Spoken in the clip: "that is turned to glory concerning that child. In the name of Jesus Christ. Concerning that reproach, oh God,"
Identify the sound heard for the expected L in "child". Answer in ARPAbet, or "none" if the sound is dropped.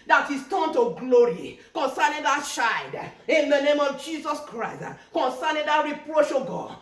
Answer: none